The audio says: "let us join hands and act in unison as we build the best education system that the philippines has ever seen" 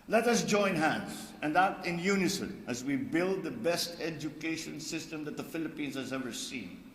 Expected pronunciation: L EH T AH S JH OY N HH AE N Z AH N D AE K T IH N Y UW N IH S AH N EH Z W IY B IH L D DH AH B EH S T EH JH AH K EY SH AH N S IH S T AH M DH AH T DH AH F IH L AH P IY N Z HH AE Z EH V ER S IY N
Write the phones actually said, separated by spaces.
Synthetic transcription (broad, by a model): L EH T AH S JH OY N HH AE N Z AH N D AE T IH N Y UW N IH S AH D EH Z W IY B IH L D DH AH B EH S T EH JH AH K EY SH AH N S IH S T AH M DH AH T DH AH F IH L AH P IY N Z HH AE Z EH V ER S IY N